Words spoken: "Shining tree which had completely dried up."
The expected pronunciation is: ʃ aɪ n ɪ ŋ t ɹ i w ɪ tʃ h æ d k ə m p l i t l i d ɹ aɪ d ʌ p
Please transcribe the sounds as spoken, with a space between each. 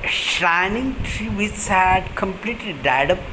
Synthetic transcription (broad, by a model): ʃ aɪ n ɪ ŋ t ɹ i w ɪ s h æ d k ə m p l i t l i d aɪ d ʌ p